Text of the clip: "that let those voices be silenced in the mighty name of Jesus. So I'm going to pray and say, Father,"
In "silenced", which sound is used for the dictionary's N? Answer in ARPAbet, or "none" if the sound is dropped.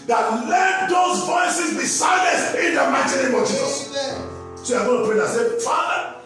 none